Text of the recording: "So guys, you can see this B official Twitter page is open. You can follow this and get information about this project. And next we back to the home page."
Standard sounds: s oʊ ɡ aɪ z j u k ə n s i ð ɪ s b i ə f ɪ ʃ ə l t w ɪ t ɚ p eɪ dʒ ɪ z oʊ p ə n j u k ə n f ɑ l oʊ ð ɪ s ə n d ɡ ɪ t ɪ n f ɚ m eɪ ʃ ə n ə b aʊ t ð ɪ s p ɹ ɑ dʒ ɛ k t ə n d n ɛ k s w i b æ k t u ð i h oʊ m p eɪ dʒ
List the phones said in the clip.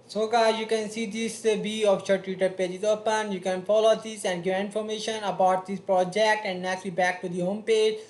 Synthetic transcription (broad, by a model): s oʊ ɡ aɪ j u k ə n s i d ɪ s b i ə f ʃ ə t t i t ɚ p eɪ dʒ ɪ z oʊ p ə n j u k ə n f ɑ l oʊ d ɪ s ə n d ɡ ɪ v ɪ n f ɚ m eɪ ʃ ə n ə b aʊ t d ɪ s p ɹ ɑ dʒ ɛ k t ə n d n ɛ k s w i b æ k t u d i h oʊ m p eɪ dʒ